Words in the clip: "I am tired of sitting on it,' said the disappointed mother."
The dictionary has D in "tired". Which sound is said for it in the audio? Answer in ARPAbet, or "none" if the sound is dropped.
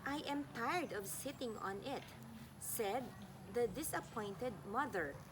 D